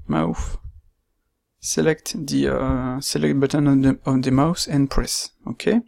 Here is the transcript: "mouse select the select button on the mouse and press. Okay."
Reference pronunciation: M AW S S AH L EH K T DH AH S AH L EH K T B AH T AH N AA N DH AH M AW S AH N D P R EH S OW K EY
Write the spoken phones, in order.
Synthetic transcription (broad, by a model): M AW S S AH L EH K T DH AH S AH L EH K T B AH T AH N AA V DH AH M AW S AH N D P R EH S OW K EY